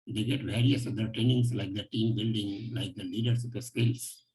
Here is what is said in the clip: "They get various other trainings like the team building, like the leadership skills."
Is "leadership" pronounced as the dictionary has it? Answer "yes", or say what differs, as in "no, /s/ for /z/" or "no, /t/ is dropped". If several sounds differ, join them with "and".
no, /s/ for /ʃ/